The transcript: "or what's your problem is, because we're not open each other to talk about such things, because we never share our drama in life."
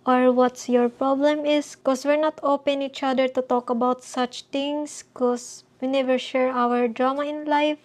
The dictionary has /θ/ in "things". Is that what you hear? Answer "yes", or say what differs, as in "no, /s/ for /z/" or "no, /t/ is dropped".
no, /t/ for /θ/